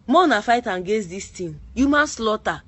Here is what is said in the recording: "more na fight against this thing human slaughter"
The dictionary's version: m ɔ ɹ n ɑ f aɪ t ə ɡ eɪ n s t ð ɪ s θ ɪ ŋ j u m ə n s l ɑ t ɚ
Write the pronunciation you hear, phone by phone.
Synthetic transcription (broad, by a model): m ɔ n ɑ f aɪ t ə ɡ eɪ s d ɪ s t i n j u m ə n s l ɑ t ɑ